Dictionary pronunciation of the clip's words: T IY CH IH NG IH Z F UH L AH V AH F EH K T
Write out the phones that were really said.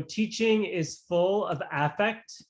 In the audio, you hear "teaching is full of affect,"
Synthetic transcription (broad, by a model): T IY CH IH NG IH Z F UH L AH V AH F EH K T